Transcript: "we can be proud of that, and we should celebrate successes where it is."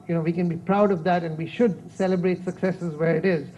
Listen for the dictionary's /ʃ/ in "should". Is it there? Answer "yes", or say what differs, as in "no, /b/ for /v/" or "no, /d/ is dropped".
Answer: yes